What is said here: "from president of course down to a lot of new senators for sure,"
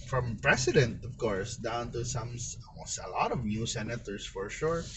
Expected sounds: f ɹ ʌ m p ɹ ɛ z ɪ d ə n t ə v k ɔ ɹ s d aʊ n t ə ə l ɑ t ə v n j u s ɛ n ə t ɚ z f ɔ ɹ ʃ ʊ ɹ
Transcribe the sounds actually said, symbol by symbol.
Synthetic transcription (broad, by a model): f ɹ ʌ m p ɹ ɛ s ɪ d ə n t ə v k ɔ ɹ s d aʊ n t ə ə l ɑ t ə v n j u s ɛ n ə t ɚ s f ɔ ɹ ʃ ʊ ɹ